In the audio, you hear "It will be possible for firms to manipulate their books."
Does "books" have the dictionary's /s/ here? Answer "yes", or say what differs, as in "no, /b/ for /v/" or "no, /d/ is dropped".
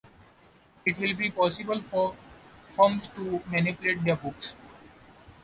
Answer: yes